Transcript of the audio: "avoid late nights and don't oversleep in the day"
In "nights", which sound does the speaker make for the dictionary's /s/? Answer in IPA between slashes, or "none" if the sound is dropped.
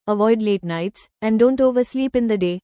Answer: /s/